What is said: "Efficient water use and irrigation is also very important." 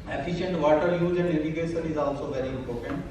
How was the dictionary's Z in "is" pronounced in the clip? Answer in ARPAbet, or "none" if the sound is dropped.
Z